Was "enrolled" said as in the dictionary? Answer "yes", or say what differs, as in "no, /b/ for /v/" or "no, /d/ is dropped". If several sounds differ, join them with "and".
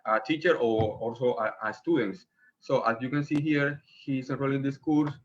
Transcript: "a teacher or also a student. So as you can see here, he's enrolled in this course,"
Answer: no, /d/ is dropped